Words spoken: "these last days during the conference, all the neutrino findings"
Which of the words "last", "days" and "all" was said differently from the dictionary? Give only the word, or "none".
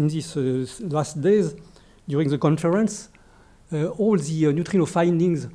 none